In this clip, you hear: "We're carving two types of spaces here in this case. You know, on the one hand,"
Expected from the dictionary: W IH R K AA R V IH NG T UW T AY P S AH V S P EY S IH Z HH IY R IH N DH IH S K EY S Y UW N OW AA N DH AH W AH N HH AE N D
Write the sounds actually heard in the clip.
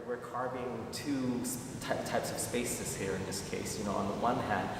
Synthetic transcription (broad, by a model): W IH R K AA R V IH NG T UW T AY P S AH V S P EY S IH Z HH IY R IH N DH IH S K EY S Y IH N OW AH N DH AH W AH N HH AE N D